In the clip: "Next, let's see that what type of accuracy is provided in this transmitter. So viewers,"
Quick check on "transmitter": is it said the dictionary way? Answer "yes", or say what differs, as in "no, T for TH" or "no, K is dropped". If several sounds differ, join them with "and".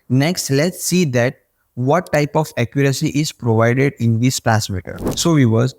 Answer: no, N is dropped